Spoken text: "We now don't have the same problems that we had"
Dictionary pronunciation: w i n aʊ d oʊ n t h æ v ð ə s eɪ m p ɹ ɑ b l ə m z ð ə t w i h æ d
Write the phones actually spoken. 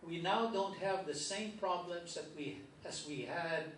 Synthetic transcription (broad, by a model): w i n aʊ d oʊ n t h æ v ð ə s eɪ m p ɹ ɑ b l ə m z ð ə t w i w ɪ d